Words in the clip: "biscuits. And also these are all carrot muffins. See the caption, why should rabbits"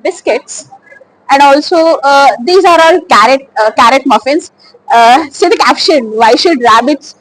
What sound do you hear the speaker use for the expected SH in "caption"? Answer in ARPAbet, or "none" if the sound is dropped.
SH